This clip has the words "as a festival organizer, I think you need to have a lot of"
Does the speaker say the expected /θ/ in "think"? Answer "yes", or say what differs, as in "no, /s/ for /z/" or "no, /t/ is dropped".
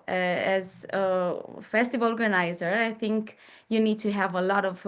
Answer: yes